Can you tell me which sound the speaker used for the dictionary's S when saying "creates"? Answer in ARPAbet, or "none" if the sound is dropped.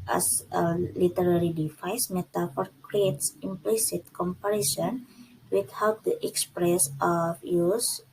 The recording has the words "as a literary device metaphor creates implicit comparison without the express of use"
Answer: S